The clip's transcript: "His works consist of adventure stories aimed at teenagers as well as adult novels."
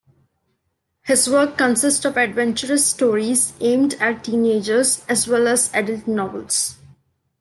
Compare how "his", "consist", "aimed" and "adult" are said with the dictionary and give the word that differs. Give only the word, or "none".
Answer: none